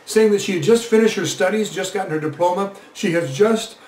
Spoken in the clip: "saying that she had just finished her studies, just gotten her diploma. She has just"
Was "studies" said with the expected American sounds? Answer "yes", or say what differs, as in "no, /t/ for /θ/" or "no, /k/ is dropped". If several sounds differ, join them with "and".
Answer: yes